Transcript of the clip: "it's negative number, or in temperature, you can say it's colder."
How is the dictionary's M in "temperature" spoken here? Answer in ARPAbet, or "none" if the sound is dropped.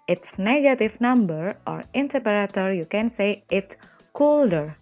none